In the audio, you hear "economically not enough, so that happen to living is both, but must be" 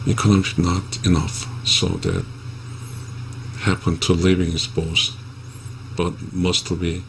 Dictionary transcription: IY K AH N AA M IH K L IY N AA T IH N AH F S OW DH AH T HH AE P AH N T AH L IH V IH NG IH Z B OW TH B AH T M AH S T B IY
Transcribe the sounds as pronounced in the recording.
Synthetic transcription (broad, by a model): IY K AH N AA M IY N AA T IH N AH F S OW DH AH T HH AE P AH N T AH L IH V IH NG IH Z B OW S B AH T M AH S T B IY